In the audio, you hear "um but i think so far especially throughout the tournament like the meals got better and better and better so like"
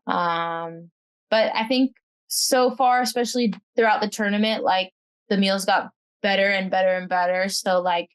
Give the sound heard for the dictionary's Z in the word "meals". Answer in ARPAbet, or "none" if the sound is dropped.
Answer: Z